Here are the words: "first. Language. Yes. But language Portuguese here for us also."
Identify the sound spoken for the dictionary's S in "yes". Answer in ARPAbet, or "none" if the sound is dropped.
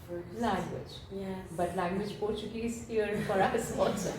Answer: none